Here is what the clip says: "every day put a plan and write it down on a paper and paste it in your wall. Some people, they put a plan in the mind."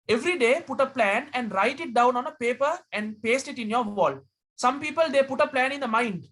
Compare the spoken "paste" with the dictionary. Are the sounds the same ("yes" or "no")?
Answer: yes